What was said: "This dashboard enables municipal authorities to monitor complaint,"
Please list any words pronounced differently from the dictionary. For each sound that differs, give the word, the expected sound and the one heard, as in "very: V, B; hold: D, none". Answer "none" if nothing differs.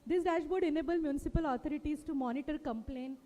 enables: Z, none; authorities: TH, T